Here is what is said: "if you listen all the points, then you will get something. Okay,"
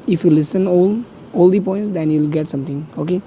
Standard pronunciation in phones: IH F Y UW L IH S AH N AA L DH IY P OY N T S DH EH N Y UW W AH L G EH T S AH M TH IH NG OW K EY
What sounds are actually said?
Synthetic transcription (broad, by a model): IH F Y UW L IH S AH N AA L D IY P OY N T S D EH N Y UW L G EH T S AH M T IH NG OW K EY